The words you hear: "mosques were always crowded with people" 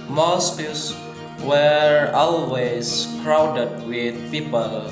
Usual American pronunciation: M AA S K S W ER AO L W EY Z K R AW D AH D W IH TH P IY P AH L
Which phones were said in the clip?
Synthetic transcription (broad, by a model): M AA S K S W ER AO L W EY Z K R AW D AH D W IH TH P IY P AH L